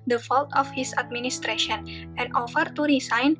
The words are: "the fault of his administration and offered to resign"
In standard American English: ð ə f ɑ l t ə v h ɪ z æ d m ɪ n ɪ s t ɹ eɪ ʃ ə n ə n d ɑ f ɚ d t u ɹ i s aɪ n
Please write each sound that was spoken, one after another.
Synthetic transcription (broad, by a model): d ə f ɑ l t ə f h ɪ s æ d m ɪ n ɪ s t ɹ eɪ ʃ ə n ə n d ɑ f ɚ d t u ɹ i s aɪ n